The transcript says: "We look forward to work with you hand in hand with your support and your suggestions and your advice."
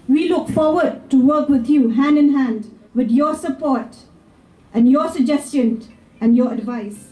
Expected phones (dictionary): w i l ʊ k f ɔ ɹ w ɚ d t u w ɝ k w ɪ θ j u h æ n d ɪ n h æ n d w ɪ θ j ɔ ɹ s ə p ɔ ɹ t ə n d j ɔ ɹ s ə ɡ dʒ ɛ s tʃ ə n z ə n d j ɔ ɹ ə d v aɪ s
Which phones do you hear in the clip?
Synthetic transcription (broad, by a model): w i l ʊ k f ɔ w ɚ d t u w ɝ k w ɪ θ j u h æ n d ɪ n h æ n d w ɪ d j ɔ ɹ s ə p ɔ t t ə n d j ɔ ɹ s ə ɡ dʒ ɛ s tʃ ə n ə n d j ɔ ɹ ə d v aɪ s